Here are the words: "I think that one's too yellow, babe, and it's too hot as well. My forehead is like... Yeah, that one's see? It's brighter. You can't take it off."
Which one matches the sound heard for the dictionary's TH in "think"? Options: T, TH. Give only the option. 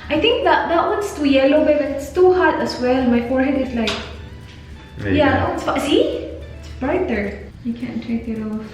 T